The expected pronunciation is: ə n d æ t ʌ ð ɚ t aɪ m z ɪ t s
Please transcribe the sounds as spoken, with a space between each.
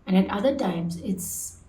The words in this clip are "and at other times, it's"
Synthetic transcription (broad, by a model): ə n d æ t ʌ ð ɚ t aɪ m z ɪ t s